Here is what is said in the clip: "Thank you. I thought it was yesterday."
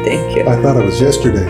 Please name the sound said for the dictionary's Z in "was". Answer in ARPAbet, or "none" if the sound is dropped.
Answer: Z